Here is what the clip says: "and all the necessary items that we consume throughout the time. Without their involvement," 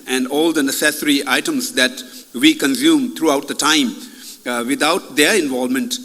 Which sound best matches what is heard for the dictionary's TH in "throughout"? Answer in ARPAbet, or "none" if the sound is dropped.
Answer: T